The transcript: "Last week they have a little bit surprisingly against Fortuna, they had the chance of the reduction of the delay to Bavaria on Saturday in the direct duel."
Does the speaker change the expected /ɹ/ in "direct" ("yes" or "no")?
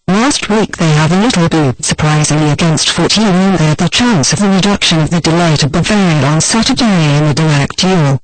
yes